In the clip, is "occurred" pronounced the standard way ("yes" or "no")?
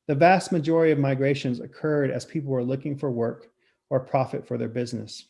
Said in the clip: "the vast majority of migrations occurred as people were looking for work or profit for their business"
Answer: yes